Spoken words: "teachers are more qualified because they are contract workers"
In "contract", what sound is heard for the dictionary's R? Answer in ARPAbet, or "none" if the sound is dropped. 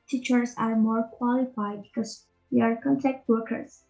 none